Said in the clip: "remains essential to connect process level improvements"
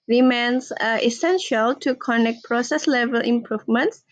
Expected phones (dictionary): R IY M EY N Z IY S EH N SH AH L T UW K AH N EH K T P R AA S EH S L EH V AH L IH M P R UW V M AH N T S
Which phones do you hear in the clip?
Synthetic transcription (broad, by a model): R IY M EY N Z IY S EH N SH AH L T UW K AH N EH K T P R AA S EH S L EH V AH L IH M P R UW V M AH N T S